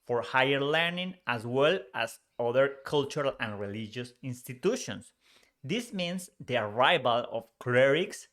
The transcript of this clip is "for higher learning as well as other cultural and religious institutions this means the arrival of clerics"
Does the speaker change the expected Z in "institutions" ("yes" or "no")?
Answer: yes